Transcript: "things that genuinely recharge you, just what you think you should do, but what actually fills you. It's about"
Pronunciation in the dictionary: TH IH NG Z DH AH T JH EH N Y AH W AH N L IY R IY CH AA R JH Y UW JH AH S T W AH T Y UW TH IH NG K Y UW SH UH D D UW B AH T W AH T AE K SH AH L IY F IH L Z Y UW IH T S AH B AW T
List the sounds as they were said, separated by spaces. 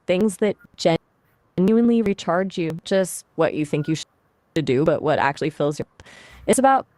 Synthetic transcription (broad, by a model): TH IH NG Z DH AH T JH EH N Y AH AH N L IY R IY CH AA R JH Y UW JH AH S T W AH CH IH TH IH NG K Y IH SH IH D D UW B AH T W AH T AE K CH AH L IY F IH L Z Y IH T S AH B AW T